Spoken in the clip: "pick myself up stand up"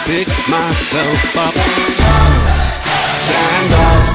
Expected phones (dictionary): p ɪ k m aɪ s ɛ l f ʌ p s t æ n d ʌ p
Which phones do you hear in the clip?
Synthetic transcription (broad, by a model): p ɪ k m aɪ s ɛ l f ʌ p s t æ n d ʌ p